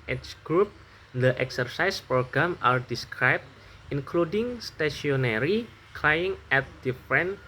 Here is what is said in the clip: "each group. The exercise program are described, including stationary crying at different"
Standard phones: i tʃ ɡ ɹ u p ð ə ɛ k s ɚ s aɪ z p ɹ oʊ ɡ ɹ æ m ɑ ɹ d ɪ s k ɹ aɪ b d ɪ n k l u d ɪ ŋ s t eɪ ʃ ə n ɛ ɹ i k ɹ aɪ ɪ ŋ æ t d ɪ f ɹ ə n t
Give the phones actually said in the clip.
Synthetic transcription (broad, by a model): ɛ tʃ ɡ ɹ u p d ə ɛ k s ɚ s aɪ s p ɹ oʊ ɡ ɹ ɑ m ɑ ɹ d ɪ s k ɹ aɪ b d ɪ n k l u d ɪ ŋ s t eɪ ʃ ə n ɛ ɹ i k l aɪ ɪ ŋ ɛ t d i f ɹ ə n